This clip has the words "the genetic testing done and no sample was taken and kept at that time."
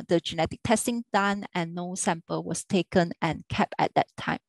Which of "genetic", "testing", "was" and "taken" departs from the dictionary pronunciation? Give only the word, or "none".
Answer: was